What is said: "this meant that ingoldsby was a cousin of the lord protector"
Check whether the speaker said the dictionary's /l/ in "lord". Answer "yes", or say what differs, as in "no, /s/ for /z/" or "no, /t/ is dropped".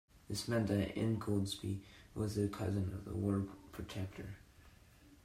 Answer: no, /w/ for /l/